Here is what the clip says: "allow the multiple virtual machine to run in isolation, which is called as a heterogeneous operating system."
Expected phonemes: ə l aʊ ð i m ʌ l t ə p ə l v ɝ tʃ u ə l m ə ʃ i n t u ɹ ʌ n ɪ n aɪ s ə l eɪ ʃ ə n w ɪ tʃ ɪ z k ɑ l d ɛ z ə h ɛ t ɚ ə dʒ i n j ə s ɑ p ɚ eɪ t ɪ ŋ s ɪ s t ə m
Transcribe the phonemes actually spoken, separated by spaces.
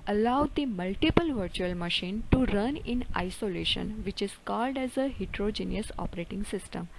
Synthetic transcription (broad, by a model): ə l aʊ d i m ʌ l t ə p ə l v ɝ tʃ u ə l m ə ʃ i n t u ɹ ʌ n ɪ n aɪ s ə l eɪ ʃ ə n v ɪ tʃ ɪ z k ɑ l d ɛ z ə h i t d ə dʒ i n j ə s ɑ p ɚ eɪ t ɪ ŋ s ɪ s t ə m